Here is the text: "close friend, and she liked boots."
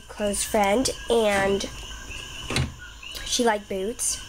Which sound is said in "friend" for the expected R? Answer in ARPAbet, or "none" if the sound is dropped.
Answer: R